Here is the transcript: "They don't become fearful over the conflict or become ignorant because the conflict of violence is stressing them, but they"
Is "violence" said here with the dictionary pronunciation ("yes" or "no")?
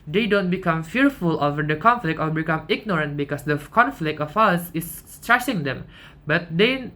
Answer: no